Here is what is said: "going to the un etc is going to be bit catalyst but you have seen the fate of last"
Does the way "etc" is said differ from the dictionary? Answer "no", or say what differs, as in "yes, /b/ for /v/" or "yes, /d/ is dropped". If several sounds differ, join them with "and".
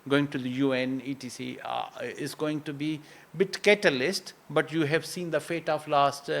yes, /s/ is dropped